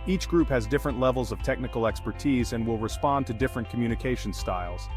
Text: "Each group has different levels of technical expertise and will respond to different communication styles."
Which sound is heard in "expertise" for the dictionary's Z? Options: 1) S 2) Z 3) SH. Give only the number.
2